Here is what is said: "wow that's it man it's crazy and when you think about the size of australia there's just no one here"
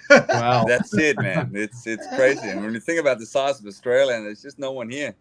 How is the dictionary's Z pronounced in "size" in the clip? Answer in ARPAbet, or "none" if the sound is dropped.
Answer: Z